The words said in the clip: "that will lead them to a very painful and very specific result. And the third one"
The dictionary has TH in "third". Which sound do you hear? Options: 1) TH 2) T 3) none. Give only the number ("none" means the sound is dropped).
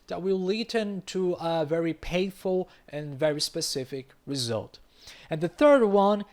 1